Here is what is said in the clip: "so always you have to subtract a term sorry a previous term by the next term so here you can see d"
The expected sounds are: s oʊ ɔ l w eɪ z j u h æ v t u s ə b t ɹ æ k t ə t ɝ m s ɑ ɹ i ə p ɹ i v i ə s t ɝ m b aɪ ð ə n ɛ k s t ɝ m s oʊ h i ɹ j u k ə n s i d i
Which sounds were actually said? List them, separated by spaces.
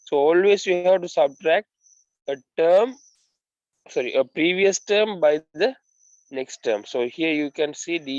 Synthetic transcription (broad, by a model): s oʊ ɔ l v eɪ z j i h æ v t u s ə b t ɹ æ k t ə t ɝ m s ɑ ɹ i ə p ɹ i v i ə s t ɝ m b aɪ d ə n ɛ k s t ɝ m s oʊ h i ɹ j u k ə n s i d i